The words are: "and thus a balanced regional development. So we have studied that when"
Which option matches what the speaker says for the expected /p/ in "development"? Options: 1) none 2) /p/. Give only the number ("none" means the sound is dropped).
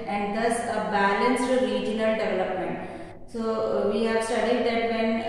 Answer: 2